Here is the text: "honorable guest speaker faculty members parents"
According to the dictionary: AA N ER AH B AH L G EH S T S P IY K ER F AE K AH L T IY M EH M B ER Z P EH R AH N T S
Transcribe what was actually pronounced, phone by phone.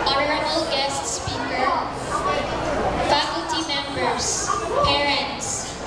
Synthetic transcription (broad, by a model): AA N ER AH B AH L G EH S T S P IY K ER F AE K AH L T IY M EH M B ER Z P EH R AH N T S